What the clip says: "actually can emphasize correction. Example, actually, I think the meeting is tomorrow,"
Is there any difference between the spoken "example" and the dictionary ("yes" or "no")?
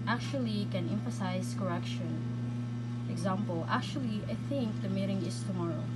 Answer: no